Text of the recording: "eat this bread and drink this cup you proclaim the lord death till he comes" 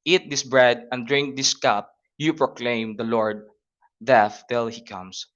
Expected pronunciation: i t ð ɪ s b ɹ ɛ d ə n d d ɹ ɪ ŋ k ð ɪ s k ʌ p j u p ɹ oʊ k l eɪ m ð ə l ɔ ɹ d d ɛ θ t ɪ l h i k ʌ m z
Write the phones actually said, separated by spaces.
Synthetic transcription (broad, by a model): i t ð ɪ s b ɹ ɛ d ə n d d ɹ ɪ ŋ k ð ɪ s k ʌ p j u p ɹ oʊ k l eɪ m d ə l ɔ ɹ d d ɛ f t ɪ l h i k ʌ m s